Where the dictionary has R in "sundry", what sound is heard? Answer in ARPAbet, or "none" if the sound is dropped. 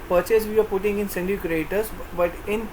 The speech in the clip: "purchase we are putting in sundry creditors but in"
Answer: none